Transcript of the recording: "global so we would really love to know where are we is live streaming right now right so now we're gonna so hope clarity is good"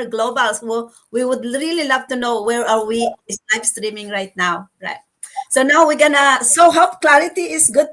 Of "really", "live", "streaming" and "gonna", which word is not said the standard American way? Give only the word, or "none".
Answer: live